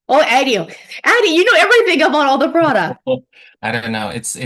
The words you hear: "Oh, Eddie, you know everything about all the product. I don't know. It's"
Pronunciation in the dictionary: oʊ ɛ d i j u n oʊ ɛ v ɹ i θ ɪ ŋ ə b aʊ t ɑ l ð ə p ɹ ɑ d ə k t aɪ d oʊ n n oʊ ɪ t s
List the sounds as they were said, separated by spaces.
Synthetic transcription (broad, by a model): oʊ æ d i j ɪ n oʊ ɛ v ɹ i θ ɪ ŋ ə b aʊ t ɑ l ð ə p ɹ ɑ d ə k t aɪ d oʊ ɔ n oʊ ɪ t s